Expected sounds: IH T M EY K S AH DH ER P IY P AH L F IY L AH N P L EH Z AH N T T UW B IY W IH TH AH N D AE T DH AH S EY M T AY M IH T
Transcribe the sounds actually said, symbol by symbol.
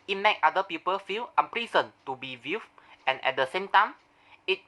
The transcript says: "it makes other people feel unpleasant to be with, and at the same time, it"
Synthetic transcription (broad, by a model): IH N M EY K AA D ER P IY P AH L F IY L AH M P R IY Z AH N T T UW B IY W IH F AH N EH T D AH S EY M T AY M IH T